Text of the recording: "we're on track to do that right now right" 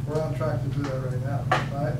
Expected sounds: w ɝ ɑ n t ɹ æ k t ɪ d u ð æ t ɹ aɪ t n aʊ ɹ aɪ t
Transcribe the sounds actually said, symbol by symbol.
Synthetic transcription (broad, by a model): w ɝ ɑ l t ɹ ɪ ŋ t ɪ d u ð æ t ɹ aɪ t n aʊ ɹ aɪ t